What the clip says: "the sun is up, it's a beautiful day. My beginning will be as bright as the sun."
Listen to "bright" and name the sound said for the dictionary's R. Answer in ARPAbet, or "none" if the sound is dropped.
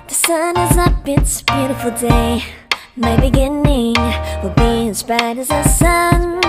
none